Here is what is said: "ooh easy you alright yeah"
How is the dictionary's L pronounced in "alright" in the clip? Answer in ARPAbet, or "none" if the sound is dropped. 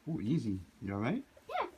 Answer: none